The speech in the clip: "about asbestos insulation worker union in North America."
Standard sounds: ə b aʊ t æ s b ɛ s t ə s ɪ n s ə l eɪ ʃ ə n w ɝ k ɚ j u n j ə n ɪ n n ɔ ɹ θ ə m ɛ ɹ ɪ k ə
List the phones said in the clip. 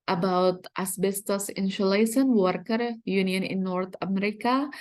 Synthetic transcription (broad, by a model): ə b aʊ t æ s b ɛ s t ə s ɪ n ʃ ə l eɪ s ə n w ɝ k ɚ j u n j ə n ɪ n n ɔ ɹ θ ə m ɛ ɹ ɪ k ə